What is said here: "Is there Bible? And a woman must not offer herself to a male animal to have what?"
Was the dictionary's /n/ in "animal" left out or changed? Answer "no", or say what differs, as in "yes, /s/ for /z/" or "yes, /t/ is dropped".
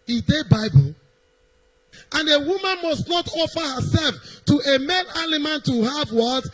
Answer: yes, /l/ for /n/